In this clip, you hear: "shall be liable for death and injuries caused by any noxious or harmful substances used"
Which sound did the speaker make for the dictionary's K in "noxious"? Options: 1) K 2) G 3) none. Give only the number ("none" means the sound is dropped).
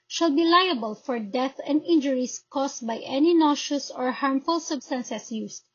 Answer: 3